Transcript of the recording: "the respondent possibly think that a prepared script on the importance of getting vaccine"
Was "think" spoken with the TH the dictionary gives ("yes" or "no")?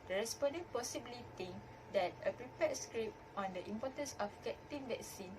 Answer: no